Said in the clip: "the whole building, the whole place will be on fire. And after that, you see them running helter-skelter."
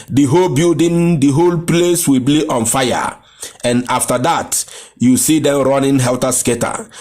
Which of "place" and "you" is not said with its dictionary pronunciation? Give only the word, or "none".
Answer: none